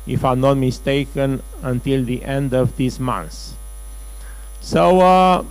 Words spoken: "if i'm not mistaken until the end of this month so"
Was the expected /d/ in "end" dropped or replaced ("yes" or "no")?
no